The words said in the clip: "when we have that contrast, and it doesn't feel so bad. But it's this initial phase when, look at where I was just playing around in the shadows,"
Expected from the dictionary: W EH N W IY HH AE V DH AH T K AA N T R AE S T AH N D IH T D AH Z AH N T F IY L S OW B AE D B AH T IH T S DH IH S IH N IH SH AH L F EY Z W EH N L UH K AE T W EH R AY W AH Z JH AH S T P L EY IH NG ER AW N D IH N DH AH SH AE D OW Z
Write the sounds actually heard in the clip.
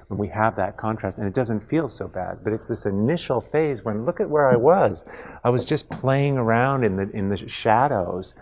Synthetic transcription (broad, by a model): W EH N W IY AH V DH AH T K AA N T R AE S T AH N IH T D AH Z AH N T F IY L S OW B AE D B AH T IH T S DH IH S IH N IH SH L F EY Z W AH N L UH K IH T W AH R AY W AH Z JH AH S P L EY IH NG ER AW N D IH N DH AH SH AE D OW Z